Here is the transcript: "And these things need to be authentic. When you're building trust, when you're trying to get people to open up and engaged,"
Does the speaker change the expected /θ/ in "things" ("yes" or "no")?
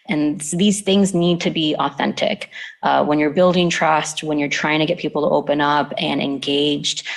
no